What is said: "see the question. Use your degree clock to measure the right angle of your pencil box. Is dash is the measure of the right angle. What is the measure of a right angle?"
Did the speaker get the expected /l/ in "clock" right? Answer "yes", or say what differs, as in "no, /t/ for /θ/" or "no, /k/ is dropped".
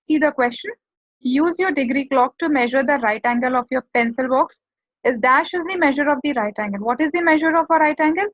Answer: yes